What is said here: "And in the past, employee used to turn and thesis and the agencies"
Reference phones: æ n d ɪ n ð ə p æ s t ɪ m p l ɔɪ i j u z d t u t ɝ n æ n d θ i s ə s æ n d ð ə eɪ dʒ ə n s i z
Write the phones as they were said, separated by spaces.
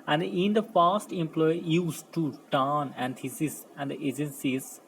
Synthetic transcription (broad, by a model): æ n d ɪ n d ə f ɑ s t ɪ m p l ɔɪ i j u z t u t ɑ n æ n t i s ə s æ n d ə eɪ dʒ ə n s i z